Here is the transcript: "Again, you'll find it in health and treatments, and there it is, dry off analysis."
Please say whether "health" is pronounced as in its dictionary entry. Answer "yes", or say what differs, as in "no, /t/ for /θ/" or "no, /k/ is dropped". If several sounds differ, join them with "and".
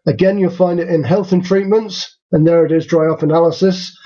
yes